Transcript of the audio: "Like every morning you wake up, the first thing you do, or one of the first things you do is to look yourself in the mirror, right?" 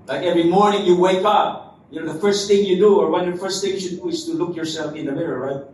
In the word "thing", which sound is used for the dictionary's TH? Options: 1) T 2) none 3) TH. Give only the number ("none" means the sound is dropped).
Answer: 3